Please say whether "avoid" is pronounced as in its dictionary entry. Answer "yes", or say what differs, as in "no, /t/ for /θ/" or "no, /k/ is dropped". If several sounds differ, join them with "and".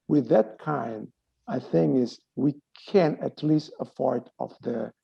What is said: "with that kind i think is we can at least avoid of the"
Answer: no, /f/ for /v/